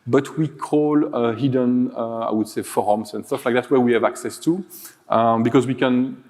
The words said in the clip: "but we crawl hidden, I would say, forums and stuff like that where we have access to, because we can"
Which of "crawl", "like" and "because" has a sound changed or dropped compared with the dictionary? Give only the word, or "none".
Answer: crawl